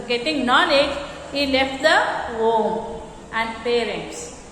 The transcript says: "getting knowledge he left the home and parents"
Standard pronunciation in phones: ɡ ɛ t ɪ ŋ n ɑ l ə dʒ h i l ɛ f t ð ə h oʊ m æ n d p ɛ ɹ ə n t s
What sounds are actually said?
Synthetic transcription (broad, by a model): ɡ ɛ t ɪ ŋ n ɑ n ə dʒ h i l ɛ f t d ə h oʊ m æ n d p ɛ ɹ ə n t s